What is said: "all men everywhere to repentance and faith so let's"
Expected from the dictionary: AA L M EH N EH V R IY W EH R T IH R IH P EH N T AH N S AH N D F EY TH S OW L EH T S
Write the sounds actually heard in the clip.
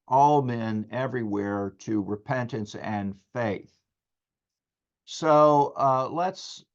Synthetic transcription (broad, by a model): AA L M EH N EH V R IY W EH R T IH R IH P EH N T AH N S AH N F EY TH S OW L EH T S